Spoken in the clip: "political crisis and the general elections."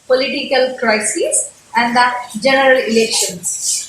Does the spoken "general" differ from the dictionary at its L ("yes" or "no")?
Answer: no